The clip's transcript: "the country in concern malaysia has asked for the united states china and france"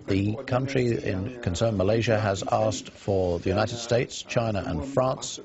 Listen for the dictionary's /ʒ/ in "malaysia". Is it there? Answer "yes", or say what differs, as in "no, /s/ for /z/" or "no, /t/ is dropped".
yes